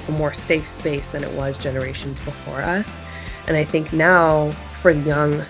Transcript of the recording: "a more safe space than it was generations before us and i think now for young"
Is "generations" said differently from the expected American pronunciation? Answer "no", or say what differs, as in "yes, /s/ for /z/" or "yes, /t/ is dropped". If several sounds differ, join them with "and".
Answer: no